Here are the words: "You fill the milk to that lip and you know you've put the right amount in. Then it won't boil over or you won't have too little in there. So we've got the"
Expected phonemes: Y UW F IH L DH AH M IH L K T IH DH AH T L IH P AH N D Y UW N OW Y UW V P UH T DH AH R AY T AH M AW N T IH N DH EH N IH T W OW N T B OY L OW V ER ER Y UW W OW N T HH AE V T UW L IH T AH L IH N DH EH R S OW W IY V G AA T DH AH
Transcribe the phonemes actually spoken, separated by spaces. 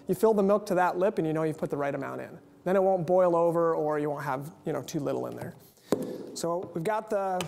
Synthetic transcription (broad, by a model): Y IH F IH L DH AH M IH L K T IH DH AH T L IH P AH N Y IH N OW Y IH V P UH T DH AH R AY T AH M AW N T IH N DH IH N IH T W OW N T B OY L OW V ER ER Y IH W OW N T HH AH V T UW L IH T L IH N DH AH R S OW W IY V G AA T DH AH